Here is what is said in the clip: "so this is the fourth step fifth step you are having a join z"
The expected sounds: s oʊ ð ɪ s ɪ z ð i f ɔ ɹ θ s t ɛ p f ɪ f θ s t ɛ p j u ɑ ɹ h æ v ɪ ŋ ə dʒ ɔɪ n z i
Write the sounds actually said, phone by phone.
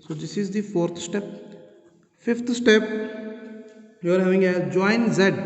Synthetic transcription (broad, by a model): s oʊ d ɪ s ɪ z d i f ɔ ɹ t s t ɛ p f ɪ f t s t ɛ p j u ɑ ɹ h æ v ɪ ŋ ə dʒ ɔɪ n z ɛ